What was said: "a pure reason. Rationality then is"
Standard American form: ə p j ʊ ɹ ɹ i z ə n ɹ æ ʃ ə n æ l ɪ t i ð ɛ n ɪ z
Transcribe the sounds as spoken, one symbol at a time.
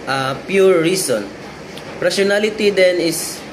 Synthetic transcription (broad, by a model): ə p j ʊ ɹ ɹ i s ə n ɹ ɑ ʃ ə n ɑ l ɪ t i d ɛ n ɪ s